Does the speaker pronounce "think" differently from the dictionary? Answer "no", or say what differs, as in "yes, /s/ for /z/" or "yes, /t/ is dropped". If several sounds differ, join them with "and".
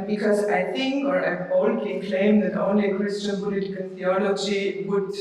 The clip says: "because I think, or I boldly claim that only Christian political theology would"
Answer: yes, /t/ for /θ/